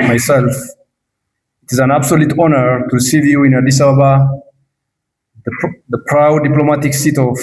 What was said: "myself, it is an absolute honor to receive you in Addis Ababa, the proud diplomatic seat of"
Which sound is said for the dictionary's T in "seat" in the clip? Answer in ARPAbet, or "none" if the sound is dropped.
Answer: T